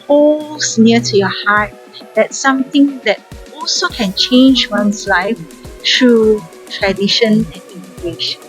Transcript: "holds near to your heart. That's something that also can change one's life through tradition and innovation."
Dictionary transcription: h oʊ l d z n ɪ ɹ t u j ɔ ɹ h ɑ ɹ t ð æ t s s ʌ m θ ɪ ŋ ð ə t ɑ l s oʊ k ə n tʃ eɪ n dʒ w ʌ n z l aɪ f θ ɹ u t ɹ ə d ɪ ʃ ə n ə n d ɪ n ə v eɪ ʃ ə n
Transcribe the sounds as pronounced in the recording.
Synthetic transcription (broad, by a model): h oʊ l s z n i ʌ t u j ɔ h ɑ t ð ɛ t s s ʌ m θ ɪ ŋ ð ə t ɑ l s oʊ k ə n tʃ eɪ n dʒ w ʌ n s l aɪ f t ɹ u t ɹ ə d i ʃ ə n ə n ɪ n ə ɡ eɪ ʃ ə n